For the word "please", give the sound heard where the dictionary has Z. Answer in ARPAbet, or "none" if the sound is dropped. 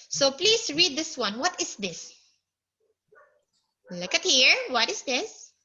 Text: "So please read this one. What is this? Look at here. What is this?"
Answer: S